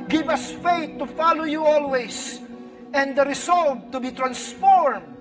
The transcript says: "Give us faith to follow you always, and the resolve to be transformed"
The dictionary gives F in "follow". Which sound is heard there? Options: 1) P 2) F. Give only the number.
2